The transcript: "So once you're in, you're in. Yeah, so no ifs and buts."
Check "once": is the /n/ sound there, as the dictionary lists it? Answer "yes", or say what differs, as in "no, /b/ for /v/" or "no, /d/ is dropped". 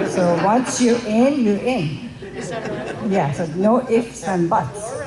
yes